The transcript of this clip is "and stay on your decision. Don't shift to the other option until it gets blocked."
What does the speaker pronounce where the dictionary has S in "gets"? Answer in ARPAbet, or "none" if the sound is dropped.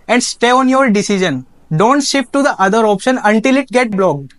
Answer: none